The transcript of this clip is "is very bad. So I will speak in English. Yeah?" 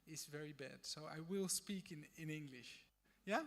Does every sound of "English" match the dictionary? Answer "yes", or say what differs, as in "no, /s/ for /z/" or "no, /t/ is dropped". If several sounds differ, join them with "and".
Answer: yes